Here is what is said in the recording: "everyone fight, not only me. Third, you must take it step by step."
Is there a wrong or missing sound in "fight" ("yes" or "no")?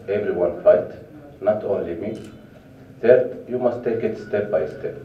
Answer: no